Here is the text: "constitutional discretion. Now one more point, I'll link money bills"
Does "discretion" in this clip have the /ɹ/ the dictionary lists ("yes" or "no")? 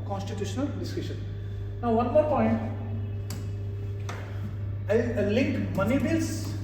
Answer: no